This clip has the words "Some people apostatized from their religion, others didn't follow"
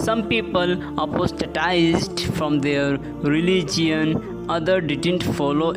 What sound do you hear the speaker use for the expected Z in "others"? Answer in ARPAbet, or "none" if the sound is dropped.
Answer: none